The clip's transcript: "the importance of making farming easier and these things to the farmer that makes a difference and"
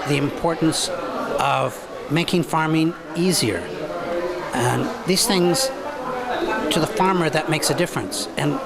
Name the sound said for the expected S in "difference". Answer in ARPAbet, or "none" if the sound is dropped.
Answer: S